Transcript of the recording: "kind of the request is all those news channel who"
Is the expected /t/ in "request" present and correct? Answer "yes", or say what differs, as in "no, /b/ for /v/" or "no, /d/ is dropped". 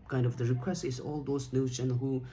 no, /t/ is dropped